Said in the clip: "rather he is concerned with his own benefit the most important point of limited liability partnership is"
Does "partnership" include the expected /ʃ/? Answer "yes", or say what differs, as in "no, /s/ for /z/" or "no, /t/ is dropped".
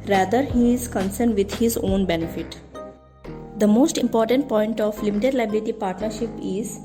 yes